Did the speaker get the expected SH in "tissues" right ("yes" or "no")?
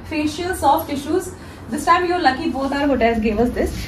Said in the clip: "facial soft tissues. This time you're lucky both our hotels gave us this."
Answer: yes